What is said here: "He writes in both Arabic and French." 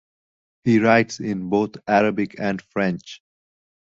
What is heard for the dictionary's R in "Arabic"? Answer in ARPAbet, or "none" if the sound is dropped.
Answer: R